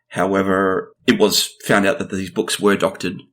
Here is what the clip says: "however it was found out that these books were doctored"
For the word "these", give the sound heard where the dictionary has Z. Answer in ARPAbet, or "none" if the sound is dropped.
Z